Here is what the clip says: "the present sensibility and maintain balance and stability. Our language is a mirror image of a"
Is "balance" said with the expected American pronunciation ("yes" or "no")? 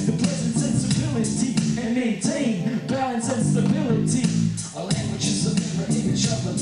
no